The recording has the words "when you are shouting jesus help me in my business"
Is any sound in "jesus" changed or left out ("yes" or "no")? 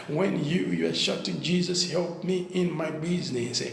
no